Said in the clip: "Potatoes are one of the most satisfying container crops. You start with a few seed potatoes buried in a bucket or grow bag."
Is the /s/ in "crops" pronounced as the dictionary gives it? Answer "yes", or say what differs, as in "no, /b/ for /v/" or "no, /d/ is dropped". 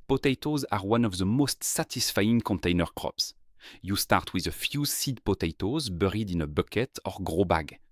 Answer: yes